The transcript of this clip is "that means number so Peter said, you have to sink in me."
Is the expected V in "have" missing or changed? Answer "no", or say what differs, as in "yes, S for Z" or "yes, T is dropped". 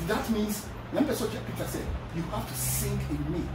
yes, F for V